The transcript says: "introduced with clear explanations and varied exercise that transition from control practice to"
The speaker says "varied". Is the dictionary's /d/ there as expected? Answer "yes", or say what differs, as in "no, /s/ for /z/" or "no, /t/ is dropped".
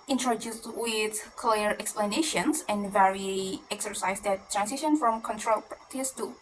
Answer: no, /d/ is dropped